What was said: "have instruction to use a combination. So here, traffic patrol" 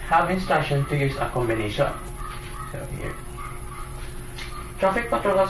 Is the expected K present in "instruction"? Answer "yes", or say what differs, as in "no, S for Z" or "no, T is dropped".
no, K is dropped